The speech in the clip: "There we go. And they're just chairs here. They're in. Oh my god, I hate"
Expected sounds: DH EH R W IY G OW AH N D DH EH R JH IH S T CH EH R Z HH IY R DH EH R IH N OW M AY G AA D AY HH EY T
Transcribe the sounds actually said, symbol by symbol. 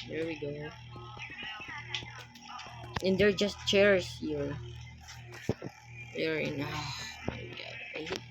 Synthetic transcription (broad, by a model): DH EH R W IY G OW AH N D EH R JH IH S T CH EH R S HH IY R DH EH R IH N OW M AY G AA D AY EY